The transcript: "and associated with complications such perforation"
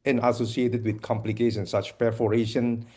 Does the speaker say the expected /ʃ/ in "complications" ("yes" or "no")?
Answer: no